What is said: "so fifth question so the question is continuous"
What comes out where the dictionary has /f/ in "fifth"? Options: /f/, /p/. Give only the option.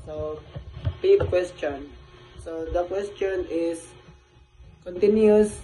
/p/